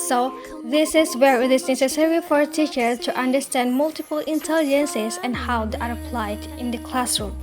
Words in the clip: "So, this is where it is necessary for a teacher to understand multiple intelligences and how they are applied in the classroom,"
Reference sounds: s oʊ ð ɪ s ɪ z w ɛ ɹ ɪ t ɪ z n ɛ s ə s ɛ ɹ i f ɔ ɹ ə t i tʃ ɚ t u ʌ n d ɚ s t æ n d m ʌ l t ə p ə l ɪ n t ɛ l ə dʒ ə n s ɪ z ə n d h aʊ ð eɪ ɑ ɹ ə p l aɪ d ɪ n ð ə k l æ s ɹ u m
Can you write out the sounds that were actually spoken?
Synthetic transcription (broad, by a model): s oʊ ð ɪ s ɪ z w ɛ ɹ ɪ t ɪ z n ɛ s ə s ɛ ɹ i f ɔ ɹ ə t i tʃ ɚ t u ʌ n d ɚ s t æ n d m ʌ l t ə p ə l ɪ n t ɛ l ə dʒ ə n s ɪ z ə n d h aʊ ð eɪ ɑ ɹ ə p l aɪ d ɪ n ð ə k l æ s ɹ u m